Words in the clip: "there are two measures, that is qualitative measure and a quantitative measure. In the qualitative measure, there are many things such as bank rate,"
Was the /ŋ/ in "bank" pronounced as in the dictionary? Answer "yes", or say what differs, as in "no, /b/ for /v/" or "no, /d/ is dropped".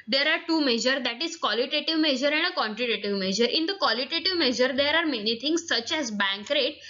yes